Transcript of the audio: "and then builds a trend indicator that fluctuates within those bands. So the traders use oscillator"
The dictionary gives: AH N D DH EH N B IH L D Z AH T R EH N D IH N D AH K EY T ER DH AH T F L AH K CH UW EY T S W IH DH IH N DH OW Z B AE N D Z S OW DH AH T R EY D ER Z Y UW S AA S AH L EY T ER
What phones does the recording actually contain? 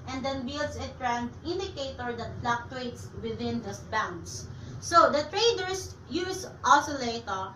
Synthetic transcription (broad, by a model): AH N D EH N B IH L D S AH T R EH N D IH N D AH K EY T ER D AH T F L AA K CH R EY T S W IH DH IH N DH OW S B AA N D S S OW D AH T R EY D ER S Y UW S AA S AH L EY T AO